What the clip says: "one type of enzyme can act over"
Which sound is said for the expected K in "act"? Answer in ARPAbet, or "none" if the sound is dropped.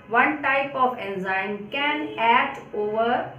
none